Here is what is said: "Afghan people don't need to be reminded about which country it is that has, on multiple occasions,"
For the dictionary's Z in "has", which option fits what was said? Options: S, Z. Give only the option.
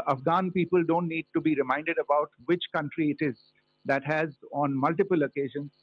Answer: Z